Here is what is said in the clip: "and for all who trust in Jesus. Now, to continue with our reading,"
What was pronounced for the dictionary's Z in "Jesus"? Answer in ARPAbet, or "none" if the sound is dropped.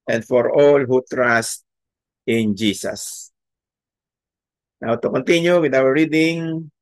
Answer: S